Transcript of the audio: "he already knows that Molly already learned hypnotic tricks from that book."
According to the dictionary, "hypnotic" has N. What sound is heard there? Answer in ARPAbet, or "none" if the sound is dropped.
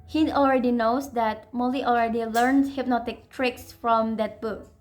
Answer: N